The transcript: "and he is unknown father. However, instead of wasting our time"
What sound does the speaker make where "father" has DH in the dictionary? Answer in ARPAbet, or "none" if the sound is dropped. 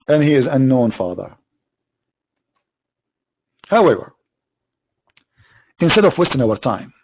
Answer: DH